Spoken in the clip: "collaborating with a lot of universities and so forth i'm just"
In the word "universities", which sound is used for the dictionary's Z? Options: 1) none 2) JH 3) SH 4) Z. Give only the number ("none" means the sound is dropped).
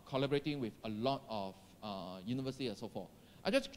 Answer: 1